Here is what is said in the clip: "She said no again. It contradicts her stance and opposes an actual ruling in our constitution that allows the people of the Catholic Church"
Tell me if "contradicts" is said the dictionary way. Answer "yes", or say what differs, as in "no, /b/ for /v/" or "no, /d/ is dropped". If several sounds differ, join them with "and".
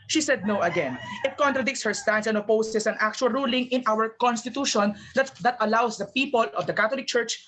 yes